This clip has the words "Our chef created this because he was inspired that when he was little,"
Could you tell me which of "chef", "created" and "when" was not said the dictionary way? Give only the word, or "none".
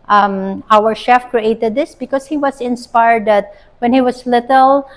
none